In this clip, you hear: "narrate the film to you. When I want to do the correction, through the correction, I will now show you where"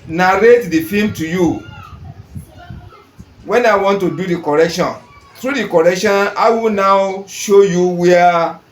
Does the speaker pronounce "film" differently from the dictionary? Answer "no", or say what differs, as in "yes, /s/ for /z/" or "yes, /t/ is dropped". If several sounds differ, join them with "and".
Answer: yes, /l/ is dropped